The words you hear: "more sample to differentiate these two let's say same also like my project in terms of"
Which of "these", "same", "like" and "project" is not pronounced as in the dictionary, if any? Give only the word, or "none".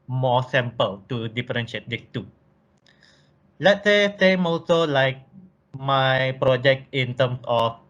these